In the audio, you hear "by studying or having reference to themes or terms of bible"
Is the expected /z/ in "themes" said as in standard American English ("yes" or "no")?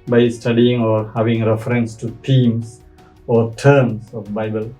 no